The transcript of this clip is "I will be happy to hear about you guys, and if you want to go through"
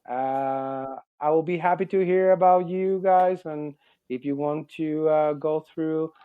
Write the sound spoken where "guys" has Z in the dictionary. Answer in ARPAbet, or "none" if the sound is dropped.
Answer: Z